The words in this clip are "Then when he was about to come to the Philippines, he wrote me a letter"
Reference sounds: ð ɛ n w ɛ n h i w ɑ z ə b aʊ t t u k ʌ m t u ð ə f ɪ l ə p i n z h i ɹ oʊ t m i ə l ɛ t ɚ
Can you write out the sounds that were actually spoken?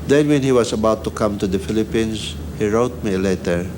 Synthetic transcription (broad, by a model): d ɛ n w ɛ n h i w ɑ s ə b aʊ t t u k ʌ m t u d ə f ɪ l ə p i n s h i ɹ oʊ t m i l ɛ t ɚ